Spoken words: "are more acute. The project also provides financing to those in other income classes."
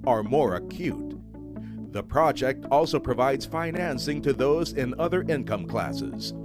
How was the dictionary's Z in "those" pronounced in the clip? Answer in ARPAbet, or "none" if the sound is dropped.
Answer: Z